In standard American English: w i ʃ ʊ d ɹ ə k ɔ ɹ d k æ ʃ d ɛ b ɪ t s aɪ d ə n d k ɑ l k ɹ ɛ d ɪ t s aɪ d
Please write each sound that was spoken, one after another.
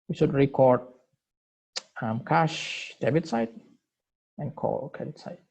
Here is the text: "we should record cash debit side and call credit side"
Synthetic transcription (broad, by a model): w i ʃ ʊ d ɹ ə k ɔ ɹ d k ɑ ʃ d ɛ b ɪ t s aɪ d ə n k ɑ l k ɛ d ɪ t s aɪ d